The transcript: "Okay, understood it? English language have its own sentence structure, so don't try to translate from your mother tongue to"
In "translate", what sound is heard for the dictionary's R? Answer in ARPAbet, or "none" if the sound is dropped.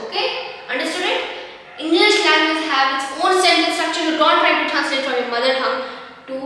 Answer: none